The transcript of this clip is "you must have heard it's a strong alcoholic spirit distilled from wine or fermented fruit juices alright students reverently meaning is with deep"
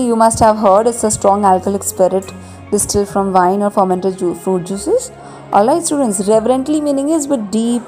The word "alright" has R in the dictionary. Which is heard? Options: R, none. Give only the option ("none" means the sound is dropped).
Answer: none